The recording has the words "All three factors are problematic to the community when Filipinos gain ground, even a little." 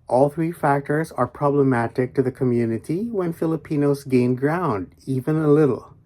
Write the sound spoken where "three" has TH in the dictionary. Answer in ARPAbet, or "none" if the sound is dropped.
TH